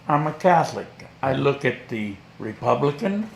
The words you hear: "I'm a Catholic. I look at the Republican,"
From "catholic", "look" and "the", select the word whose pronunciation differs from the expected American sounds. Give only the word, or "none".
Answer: none